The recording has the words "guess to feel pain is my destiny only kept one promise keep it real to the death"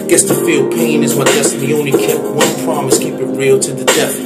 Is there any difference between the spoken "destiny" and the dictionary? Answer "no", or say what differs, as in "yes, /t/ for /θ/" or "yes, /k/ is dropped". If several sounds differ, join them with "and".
yes, /n/ is dropped